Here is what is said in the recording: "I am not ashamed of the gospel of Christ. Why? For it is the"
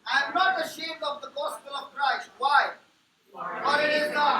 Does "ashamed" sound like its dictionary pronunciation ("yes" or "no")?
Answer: no